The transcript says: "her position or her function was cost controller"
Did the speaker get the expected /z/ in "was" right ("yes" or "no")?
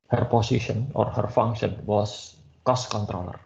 no